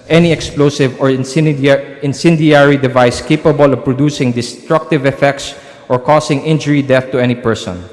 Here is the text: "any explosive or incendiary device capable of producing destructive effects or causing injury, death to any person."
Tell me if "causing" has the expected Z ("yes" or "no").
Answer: no